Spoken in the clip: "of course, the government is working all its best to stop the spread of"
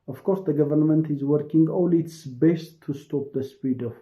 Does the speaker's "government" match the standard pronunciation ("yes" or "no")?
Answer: yes